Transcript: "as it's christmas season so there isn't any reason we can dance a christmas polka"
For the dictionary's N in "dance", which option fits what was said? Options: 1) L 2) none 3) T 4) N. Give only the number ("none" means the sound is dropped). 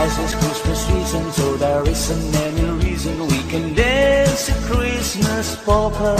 2